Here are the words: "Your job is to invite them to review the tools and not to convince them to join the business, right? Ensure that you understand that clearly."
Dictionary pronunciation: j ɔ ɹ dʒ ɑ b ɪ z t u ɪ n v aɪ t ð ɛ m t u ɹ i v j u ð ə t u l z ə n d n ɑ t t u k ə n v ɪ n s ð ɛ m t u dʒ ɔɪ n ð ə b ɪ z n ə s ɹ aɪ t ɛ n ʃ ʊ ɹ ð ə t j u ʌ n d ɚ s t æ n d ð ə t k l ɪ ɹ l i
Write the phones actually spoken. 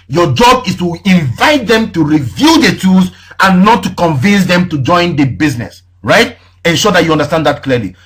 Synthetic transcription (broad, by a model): j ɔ dʒ ɑ b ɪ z t u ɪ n v aɪ t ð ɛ m t u ɹ i v j u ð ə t u z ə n n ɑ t t u k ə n v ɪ n s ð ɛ m t u dʒ ɔɪ n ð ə b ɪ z n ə s ɹ aɪ t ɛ n ʃ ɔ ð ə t j u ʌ n d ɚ s t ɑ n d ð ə t k l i l i